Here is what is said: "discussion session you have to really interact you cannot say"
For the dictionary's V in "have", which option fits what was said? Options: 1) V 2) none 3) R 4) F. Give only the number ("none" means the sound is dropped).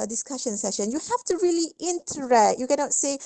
4